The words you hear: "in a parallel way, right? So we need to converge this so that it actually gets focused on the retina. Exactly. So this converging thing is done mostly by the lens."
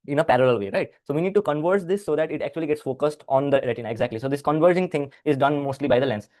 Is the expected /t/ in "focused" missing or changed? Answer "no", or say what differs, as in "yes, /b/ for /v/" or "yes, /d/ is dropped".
no